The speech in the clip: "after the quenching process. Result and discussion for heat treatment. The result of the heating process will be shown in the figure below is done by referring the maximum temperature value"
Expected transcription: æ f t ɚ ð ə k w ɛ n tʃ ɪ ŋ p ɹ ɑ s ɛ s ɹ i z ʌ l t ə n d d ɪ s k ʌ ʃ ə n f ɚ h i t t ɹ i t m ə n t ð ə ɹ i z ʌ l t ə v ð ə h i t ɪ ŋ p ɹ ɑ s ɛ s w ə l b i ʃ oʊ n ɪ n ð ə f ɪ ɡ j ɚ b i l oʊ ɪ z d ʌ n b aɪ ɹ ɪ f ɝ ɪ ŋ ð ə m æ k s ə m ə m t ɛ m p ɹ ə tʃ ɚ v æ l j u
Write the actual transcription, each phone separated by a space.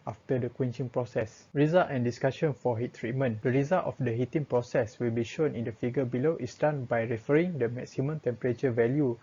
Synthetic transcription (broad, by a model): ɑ f t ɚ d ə k w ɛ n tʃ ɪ ŋ p ɹ ɑ s ɛ s ɹ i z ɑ l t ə n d d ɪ s k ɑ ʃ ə n f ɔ h i t t ɹ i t m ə n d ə ɹ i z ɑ l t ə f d ə h i t ɪ ŋ p ɹ ɑ s ɛ s w ə l b i ʃ oʊ n ɪ n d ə f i ɡ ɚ b i l oʊ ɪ s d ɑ n b aɪ ɹ ɪ f ɝ ɪ ŋ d ə m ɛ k s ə m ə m t ɛ m p ɹ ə tʃ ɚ v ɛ l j u